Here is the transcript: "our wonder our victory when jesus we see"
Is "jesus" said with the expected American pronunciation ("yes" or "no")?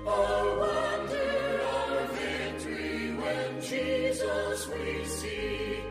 yes